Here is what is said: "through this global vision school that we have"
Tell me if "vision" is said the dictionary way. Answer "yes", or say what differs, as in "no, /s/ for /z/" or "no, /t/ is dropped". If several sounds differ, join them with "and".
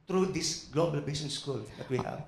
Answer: no, /b/ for /v/ and /s/ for /ʒ/